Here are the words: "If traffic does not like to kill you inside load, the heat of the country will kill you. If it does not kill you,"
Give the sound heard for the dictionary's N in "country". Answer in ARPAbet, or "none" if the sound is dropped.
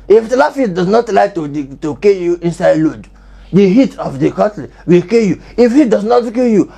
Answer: none